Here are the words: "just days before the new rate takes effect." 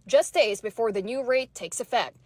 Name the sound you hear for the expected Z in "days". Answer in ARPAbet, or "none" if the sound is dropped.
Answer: Z